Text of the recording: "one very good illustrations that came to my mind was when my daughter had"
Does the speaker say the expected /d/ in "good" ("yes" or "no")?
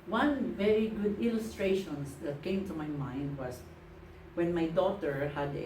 yes